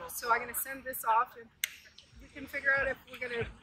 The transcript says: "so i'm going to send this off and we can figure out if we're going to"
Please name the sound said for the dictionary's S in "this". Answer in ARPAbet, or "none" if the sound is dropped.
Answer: S